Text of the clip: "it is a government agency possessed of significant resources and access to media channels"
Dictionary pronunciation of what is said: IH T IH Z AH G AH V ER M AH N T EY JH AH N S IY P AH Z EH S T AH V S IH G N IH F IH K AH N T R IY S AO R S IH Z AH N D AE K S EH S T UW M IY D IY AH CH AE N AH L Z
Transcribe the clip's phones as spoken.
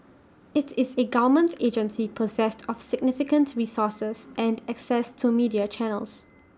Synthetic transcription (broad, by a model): IH T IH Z AH G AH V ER M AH N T EY JH AH N S IY P AH Z EH S T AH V S IH G N IH F IH K AH N T R IY S AO S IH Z AH N D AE K S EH S T UW M IY D IY AH CH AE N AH L S